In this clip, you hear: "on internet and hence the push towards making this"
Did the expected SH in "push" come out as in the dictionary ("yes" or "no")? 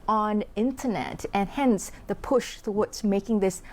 yes